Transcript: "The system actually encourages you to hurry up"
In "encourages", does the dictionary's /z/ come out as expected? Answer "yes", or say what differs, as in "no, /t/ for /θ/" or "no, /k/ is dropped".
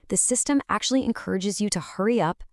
yes